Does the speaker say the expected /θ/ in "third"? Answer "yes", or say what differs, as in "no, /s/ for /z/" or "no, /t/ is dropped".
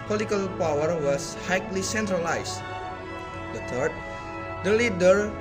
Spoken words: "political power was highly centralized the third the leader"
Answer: no, /t/ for /θ/